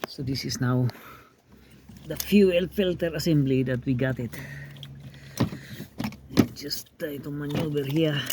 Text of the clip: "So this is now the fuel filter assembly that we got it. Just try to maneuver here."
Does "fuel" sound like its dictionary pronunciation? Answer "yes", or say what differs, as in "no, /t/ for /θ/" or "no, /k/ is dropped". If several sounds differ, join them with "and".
yes